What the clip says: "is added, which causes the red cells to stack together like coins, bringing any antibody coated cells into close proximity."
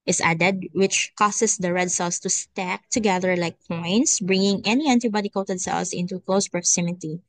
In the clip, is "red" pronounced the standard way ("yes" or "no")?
yes